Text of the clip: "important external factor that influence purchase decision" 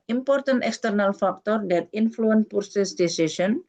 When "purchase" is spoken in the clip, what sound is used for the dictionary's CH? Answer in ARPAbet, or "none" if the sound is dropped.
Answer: S